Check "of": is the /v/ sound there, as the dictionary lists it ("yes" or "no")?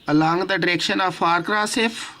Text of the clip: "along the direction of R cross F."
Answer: no